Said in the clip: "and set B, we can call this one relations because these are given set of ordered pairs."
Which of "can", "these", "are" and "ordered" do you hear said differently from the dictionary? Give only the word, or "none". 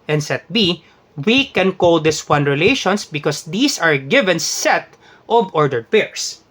these